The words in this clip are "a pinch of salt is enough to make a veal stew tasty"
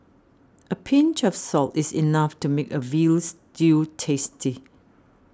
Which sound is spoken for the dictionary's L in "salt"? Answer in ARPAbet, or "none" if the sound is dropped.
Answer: L